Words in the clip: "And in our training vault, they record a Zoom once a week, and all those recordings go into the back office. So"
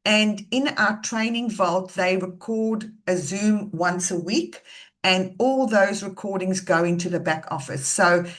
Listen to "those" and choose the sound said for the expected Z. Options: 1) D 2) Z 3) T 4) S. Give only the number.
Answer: 2